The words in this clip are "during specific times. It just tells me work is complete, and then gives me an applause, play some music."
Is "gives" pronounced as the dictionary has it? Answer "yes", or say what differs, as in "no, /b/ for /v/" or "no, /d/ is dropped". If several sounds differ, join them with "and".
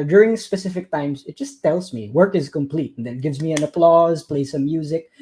yes